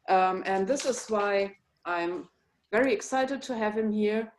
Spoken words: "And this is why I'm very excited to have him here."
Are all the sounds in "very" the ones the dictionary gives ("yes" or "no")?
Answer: yes